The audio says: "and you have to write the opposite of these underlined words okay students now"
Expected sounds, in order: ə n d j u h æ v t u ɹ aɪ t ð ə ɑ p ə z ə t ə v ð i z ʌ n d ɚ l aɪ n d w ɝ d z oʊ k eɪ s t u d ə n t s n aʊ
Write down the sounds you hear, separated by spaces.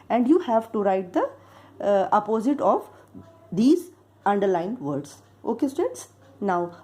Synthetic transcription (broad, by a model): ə n d j u h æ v t u ɹ aɪ t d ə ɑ p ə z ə t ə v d i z ʌ n d ɚ l aɪ n d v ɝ d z oʊ k eɪ s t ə t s n aʊ